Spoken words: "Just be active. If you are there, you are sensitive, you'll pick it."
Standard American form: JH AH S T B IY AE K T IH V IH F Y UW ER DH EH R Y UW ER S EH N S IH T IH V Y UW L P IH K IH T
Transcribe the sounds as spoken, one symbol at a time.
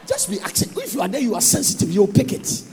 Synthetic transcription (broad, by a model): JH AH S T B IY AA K S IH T IH F Y UW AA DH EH Y UW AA S EH N S IH T IH V Y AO P IH K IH T